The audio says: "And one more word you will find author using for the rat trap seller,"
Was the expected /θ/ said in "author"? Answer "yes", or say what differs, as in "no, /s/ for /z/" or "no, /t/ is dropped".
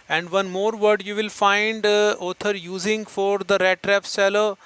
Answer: no, /t/ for /θ/